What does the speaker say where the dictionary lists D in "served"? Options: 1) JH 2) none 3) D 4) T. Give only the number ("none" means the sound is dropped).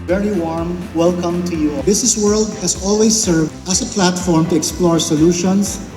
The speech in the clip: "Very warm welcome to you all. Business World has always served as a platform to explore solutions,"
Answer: 2